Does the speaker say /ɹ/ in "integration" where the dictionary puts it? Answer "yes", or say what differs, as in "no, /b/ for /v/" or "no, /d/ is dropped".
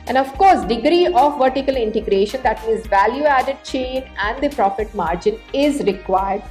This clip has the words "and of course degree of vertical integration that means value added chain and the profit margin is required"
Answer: yes